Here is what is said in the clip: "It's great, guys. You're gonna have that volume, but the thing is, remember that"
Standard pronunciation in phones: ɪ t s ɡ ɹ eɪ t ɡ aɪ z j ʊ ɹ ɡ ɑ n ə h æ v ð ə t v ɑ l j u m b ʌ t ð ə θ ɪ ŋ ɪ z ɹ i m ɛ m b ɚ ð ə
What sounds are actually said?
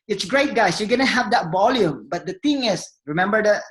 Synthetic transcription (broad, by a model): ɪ t s ɡ ɹ eɪ t ɡ aɪ s j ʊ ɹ ɡ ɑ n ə h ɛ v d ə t v ɑ l j u m b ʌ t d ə t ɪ ŋ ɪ s ɹ i m ɛ m b ɚ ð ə